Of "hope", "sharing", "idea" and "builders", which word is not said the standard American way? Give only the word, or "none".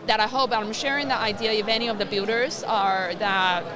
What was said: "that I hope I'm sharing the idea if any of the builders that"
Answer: builders